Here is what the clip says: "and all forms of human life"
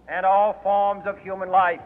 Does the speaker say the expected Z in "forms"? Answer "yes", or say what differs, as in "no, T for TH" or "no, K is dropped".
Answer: yes